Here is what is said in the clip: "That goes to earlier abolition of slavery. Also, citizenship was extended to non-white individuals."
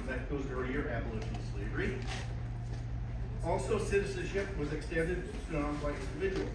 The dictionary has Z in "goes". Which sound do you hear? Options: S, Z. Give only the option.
Z